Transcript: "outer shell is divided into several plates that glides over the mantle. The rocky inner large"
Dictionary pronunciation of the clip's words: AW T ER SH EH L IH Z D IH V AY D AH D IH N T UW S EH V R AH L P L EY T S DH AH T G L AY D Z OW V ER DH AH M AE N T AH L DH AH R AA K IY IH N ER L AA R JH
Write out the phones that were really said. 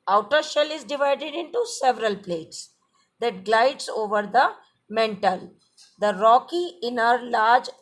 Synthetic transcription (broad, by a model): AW T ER SH EH L IH Z D IH V AY D AH D IH N T UW S EH V R AH L P L EY T S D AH T G L AY D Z OW V ER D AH M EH N T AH L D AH R AA K IY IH N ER L AA R JH